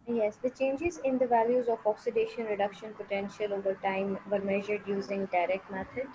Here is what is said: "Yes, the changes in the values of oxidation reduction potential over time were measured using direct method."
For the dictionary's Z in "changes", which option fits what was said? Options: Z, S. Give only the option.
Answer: Z